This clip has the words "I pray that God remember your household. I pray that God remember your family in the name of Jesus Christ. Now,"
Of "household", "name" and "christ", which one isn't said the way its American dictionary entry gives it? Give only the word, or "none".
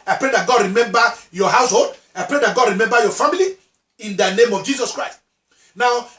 none